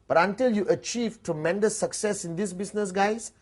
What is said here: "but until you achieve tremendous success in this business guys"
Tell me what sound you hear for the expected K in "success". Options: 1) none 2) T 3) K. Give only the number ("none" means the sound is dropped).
3